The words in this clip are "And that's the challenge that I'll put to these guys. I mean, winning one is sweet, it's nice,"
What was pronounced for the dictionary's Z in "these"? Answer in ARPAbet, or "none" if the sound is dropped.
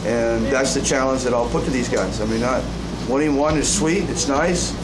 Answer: Z